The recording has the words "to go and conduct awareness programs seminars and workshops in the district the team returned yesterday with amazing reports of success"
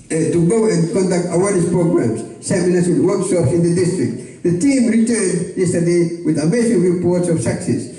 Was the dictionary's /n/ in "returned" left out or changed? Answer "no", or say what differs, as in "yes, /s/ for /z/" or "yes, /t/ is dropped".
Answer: no